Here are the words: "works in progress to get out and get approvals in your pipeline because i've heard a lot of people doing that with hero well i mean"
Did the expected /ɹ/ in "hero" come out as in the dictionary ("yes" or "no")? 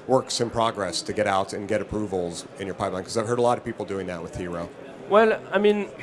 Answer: yes